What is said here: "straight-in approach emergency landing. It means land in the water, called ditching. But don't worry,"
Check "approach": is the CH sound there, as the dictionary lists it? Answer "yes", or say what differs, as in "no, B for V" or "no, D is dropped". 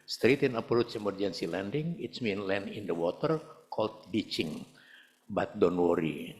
no, S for CH